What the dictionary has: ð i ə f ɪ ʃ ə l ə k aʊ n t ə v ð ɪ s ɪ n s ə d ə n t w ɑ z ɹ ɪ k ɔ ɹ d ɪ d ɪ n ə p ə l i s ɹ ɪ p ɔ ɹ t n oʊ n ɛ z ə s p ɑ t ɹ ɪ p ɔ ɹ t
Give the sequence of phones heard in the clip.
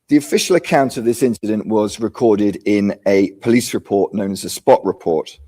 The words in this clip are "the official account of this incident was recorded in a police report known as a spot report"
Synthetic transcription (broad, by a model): ð i ə f ɪ ʃ ə l ə k aʊ n t ə v ð ɪ s ɪ n s ə d ə n t w ɑ z ɹ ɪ k ɔ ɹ d ɪ d ɪ n ə p ə l i s ɹ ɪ p ɔ t n oʊ n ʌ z ə s p ɑ t ɹ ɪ p ɔ t